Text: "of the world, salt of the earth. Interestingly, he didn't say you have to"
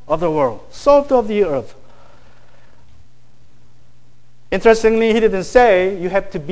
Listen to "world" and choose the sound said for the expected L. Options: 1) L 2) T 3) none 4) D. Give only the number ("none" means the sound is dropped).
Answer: 1